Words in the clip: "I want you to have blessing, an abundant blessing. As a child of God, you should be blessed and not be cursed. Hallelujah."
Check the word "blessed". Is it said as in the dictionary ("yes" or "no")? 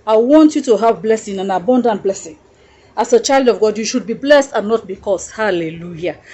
yes